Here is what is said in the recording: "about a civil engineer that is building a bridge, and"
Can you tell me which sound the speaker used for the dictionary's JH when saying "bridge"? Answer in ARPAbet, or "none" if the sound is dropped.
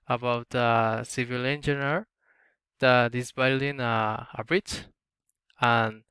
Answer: CH